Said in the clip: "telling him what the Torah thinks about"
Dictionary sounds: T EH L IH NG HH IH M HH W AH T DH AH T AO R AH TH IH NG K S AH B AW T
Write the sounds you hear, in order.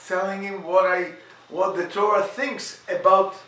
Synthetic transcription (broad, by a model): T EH L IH NG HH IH M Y W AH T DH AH T AO R AH TH IH NG K S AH B AW T